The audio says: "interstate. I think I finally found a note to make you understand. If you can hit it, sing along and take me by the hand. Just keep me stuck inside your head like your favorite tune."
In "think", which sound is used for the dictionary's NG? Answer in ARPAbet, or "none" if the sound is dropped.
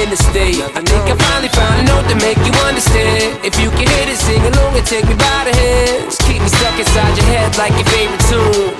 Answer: none